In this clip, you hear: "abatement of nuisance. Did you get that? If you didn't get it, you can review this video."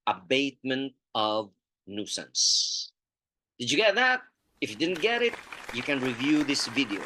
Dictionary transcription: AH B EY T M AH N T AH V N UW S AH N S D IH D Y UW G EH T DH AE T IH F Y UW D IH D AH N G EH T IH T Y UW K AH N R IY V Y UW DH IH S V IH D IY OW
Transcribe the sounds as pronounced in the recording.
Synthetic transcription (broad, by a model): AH B EY T M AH N T AH V N UW S AH N S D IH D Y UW G EH T DH AE T IH F Y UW D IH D N G EH T IH T Y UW K AH N R IY V Y UW DH IH S V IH D IY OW